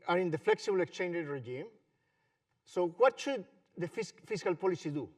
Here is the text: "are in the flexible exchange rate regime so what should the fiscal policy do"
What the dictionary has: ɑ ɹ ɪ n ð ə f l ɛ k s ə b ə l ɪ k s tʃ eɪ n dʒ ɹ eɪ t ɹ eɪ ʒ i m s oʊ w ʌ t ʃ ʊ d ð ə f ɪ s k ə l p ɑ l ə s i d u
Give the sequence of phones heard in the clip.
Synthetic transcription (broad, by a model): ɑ ɹ ɪ n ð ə f l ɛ k s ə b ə l ɪ k s tʃ eɪ n dʒ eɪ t ɹ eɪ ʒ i m s oʊ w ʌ t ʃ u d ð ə f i s k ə l p ɑ l ə s i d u